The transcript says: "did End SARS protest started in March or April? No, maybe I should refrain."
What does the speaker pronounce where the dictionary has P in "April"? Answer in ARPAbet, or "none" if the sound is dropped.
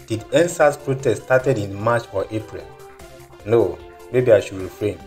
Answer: P